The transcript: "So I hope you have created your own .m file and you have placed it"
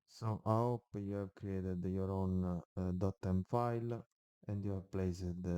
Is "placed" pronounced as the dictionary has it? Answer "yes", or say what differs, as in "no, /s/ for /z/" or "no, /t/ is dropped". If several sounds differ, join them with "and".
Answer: no, /t/ is dropped